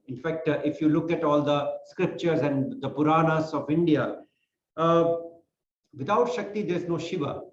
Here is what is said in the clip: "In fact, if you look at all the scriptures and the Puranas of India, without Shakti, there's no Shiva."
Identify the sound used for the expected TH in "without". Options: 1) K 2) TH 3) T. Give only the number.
3